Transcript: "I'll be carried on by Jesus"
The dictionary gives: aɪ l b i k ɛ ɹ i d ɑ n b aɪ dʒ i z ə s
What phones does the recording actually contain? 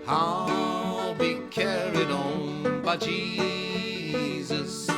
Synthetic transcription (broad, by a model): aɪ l b i k ɛ ɹ i d ɑ n b aɪ dʒ i z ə s